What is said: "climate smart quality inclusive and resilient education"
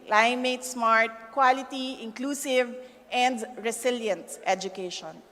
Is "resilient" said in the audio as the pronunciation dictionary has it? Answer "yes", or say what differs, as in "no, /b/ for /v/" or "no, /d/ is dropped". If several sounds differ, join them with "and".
no, /s/ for /z/